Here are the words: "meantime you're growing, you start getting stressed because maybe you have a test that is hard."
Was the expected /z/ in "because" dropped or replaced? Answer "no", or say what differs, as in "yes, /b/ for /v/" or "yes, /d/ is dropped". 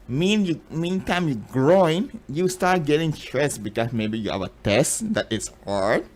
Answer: yes, /s/ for /z/